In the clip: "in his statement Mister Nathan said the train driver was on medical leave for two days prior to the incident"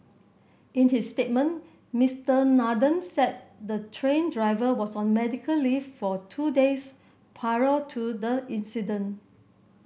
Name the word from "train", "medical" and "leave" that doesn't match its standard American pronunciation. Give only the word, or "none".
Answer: leave